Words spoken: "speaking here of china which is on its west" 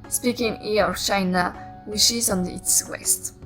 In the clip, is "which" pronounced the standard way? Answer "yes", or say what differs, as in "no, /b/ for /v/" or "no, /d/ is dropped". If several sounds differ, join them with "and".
no, /ʃ/ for /tʃ/